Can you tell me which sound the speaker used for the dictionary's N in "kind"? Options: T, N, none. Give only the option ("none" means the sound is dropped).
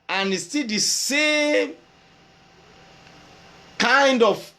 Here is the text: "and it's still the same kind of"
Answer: N